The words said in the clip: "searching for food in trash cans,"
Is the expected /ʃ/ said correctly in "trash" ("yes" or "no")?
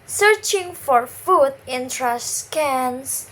no